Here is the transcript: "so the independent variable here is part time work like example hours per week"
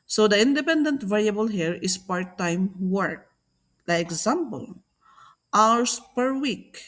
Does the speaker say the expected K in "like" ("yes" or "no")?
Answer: no